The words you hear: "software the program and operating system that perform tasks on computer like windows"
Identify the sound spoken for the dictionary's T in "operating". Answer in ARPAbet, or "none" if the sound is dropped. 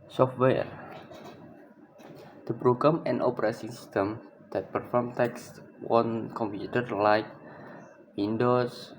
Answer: S